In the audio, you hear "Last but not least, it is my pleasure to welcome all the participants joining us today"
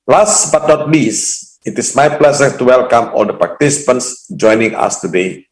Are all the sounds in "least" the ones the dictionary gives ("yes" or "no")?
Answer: no